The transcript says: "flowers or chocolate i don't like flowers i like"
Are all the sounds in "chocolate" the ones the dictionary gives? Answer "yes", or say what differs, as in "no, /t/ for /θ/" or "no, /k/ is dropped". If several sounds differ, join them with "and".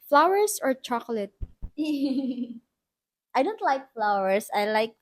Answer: yes